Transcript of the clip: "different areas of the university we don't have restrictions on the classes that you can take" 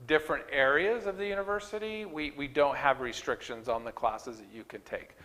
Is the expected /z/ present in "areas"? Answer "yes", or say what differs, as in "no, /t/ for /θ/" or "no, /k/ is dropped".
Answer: yes